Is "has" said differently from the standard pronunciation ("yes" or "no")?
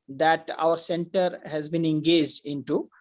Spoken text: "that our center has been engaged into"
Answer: no